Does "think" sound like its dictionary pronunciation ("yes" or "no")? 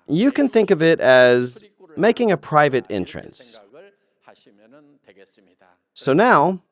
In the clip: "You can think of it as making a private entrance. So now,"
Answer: yes